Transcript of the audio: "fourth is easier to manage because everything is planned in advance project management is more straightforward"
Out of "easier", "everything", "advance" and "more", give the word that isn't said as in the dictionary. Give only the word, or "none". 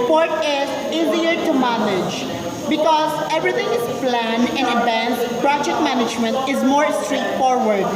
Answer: everything